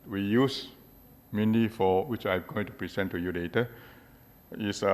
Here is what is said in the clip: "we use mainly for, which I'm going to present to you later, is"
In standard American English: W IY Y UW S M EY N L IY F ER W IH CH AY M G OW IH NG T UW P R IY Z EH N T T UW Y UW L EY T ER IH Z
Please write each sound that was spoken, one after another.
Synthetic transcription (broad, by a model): W IY Y UW S M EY N IY F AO W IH CH AY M G OW IH NG T UW P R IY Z EH N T T UW Y UW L EY T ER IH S